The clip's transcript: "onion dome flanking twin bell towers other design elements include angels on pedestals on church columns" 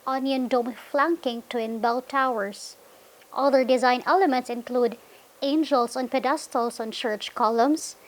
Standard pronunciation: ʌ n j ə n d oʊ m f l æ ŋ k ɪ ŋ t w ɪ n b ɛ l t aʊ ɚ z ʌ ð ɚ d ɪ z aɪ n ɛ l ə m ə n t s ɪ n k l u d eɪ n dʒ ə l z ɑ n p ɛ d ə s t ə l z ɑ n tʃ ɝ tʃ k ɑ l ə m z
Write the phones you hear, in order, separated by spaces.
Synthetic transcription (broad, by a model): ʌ n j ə n d oʊ m f l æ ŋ k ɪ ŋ t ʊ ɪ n b ɛ l t aʊ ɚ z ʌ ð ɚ d ɪ z aɪ n ɛ l ə m ə n t s ɪ n k l u d eɪ n dʒ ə l s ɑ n p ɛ d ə s t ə l s ɑ n tʃ ɝ tʃ k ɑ l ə m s